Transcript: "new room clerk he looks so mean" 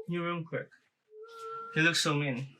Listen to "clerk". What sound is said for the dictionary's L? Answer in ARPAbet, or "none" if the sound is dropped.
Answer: W